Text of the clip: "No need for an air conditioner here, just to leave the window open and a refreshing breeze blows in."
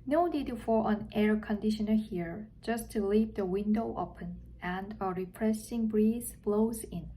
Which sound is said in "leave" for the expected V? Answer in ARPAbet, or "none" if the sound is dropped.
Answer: P